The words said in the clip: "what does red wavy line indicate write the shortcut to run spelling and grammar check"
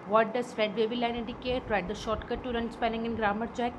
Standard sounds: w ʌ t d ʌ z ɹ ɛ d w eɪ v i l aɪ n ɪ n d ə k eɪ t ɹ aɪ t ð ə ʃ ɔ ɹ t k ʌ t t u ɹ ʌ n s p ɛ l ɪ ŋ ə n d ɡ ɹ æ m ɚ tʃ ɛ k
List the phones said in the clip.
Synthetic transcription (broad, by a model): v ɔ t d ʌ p ɹ ɛ d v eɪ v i l aɪ n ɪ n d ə k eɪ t ɹ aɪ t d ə ʃ ɔ ɹ t k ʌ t t u ɹ ʌ n s p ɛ n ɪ ŋ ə n ɡ ɹ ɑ m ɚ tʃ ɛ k